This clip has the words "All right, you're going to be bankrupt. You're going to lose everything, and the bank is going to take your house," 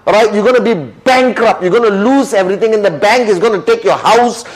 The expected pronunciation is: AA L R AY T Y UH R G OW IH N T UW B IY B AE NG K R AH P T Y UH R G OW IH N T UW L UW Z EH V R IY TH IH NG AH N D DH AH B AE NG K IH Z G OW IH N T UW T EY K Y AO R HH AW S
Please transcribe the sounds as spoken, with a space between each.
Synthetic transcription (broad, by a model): R AY T Y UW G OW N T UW B IY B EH NG K R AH P Y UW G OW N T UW L UW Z EH V R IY T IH NG AH N D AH B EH NG K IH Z G OW IH N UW T EY K Y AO HH AW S